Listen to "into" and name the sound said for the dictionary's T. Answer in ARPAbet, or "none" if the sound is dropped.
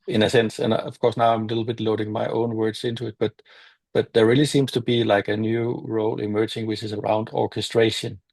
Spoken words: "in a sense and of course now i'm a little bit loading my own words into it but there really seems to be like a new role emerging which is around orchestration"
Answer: T